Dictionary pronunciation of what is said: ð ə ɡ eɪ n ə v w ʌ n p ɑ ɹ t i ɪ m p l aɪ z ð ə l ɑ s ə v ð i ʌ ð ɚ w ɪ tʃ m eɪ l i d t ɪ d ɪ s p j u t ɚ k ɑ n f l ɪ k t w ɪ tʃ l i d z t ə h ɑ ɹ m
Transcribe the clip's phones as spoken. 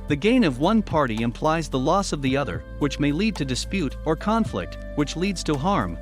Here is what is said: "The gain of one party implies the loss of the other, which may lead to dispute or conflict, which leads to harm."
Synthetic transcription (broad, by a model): ð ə ɡ eɪ n ə v w ʌ n p ɑ ɹ t i ɪ m p l aɪ z ð ə l ɑ s ə v ð i ʌ ð ɚ w ɪ tʃ m eɪ l i d t ɪ d ɪ s p j u t ɚ k ɑ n f l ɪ k t w ɪ tʃ l i d z t ə h ɑ ɹ m